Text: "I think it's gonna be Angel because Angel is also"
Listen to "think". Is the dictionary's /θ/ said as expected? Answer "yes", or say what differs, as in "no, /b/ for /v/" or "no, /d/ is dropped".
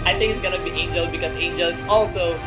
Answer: no, /t/ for /θ/